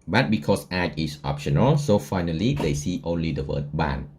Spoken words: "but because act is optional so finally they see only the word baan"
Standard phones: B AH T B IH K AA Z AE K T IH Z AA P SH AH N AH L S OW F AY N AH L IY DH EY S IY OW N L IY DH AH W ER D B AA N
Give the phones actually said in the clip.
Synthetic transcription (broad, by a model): B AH T B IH K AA S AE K IH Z AA P SH AH N AH L S OW F AY N AH L IY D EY S IY OW N L IY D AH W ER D B AA N